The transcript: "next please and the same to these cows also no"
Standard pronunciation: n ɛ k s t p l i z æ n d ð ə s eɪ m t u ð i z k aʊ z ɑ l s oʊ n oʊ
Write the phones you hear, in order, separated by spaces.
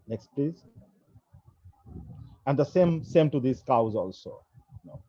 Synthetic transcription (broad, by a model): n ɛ k s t p l i z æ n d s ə s eɪ m t u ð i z k aʊ z ɑ l s oʊ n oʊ